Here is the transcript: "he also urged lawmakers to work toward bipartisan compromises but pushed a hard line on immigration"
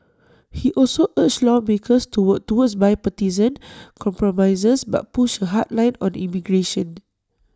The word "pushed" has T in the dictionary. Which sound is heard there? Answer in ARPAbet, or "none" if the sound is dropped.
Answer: none